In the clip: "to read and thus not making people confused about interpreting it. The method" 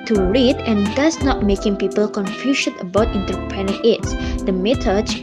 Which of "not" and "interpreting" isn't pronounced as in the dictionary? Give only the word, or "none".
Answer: interpreting